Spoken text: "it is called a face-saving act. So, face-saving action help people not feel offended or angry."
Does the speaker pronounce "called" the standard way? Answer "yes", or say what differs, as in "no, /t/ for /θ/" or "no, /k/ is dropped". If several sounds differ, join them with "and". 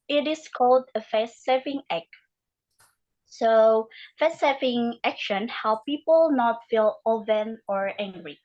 yes